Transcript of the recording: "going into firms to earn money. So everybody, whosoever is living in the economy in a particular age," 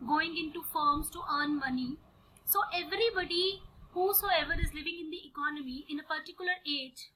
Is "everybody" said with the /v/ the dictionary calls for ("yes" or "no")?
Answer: yes